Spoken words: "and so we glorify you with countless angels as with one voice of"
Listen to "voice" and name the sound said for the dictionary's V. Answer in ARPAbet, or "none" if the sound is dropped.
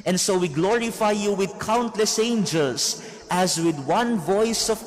V